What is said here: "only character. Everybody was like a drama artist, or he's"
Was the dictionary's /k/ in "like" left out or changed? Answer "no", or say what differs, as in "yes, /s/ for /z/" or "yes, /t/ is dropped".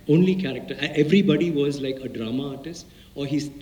no